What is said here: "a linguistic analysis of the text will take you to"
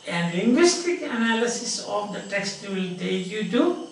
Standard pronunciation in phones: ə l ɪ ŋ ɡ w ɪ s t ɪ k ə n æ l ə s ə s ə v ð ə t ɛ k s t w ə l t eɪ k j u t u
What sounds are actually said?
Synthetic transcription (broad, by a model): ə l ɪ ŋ ɡ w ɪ s t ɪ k ə n æ l ə s ə s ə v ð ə t ɛ k s t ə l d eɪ j u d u